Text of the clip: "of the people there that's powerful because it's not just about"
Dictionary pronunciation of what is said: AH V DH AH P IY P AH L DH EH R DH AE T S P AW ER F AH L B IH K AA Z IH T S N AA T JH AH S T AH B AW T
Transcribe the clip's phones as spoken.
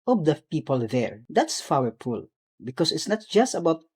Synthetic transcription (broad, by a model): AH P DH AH P IY P AH L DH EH R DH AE T S F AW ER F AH L B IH K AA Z IH T S N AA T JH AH S T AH B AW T